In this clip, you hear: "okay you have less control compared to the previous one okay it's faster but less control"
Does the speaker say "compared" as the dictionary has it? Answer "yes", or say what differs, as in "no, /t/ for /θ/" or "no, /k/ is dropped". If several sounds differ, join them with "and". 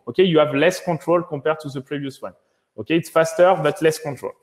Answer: no, /m/ is dropped